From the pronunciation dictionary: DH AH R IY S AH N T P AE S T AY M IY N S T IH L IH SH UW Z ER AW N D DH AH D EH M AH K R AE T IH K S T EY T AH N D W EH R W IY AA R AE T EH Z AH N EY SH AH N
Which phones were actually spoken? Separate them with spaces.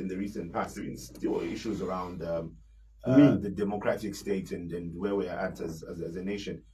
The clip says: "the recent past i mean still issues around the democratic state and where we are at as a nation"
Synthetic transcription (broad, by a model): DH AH R IY S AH N P AE S T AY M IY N S T IH L IH SH UW Z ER AW N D DH AH D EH M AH K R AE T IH K S T EY T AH N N W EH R W IY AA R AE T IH Z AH N EY SH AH N